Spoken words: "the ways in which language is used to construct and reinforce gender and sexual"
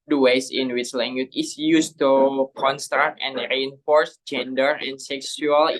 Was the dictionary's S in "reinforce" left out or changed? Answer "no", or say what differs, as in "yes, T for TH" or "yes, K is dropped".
no